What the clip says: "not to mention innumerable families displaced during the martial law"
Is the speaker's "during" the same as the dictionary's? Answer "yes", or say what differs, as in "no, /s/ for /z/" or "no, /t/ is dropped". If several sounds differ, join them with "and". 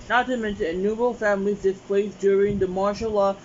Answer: yes